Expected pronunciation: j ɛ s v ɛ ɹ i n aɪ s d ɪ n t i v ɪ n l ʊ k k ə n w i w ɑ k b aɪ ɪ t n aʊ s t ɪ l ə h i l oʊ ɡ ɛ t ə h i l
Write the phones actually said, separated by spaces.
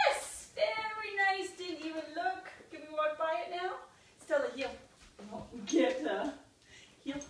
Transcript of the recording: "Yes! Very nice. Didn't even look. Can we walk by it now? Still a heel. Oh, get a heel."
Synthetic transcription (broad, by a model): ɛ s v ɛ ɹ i n aɪ s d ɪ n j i w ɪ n l ʊ k k ə n w i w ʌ k b aɪ ɪ t n aʊ s t ɪ l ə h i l oʊ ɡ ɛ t ə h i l